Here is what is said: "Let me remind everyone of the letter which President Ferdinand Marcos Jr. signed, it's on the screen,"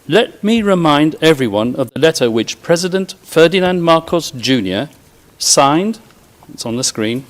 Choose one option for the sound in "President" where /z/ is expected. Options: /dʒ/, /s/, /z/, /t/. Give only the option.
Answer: /z/